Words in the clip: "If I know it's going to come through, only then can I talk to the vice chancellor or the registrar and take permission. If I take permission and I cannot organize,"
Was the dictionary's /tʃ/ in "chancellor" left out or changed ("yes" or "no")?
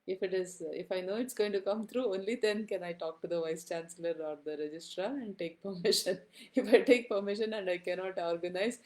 no